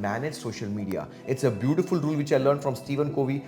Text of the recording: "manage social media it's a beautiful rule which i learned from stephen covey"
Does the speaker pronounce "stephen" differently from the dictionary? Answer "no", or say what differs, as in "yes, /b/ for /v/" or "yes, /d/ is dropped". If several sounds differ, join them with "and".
no